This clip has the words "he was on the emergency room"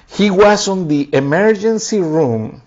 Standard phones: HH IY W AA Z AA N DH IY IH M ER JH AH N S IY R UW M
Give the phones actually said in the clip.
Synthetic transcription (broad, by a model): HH IY W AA S AA N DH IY IH M ER JH AH N S IY R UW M